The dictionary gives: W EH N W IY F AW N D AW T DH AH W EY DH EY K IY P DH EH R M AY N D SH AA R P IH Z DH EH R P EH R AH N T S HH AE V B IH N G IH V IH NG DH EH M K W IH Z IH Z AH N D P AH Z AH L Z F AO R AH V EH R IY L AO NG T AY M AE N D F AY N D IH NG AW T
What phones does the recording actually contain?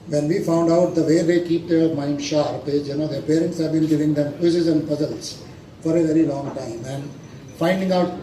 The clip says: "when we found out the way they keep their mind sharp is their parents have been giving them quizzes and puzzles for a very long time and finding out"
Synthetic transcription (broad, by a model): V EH N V IY F AW N D AW T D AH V EY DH EY K IY P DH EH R M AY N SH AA R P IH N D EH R P EH R AH N T S HH AE V B IH N G IH V IH NG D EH M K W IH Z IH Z AH N D P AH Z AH L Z F AO R AH V EH R IY L AO NG T AY M AE N D F AY N D IH NG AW T